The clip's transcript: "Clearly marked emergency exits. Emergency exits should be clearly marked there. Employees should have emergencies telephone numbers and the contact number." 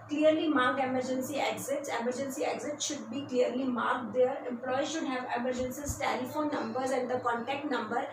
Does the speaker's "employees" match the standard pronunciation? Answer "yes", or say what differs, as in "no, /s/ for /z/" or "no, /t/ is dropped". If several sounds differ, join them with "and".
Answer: no, /m/ is dropped